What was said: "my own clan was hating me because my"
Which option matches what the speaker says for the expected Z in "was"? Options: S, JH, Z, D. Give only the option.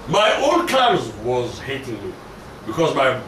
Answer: Z